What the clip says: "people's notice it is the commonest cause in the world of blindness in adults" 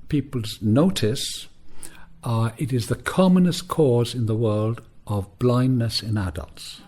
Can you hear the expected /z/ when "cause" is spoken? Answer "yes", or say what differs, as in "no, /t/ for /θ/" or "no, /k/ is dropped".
yes